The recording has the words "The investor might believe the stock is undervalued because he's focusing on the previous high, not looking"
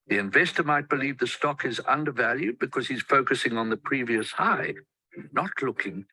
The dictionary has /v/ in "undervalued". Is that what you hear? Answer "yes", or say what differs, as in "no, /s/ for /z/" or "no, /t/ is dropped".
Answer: yes